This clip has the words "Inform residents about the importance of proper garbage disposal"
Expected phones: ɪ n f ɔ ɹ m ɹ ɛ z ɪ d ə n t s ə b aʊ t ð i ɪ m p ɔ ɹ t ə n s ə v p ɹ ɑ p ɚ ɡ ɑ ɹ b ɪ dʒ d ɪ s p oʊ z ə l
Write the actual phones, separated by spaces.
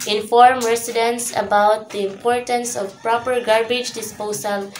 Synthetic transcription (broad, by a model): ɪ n f ɔ ɹ m ɹ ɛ s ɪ d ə n s ə b aʊ t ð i ɪ m p ɔ ɹ t ə n s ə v p ɹ ɑ p ɚ ɡ ɑ ɹ b ɪ dʒ d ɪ s p oʊ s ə l